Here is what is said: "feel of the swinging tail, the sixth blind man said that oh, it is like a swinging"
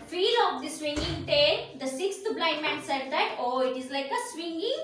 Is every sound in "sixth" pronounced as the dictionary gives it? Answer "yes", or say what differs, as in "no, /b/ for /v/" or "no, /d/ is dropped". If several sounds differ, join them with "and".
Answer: no, /t/ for /θ/